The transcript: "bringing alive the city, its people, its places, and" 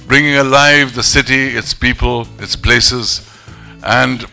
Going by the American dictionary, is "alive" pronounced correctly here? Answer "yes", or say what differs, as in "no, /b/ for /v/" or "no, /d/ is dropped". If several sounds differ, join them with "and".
yes